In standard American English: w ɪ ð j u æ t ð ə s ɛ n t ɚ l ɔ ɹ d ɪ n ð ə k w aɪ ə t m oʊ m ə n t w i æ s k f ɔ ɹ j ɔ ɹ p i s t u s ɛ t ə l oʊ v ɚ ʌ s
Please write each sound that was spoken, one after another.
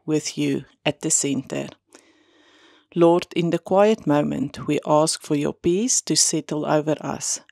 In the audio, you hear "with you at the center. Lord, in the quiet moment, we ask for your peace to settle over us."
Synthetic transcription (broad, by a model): w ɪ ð j u æ t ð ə s ɛ n t ɚ l ɔ ɹ d ɪ n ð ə k w aɪ ə t m oʊ m ə n t w i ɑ s k f ɔ ɹ j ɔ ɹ p i s t u s ɛ t ə l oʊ v ɚ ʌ s